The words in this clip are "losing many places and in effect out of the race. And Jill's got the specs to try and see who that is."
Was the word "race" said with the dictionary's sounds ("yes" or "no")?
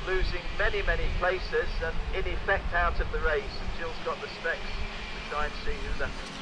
no